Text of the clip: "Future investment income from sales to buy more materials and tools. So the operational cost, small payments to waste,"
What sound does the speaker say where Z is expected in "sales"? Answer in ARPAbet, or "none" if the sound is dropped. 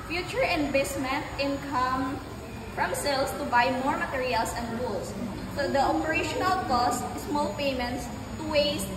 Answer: S